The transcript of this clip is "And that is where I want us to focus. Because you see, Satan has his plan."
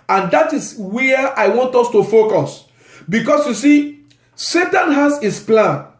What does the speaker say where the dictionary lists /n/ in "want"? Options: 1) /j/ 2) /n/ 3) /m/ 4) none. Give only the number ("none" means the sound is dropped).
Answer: 2